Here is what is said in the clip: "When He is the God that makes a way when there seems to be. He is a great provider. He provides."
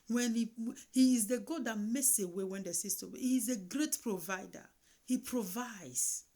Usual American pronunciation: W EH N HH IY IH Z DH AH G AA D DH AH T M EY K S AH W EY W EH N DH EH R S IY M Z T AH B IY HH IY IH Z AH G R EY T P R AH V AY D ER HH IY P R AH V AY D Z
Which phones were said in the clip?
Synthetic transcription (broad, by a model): W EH N HH IY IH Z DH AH G AA D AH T M EY K S AH W EY W EH N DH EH S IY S T AH HH IY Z AH G R EY T P R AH V AY D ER HH IY P R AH V AY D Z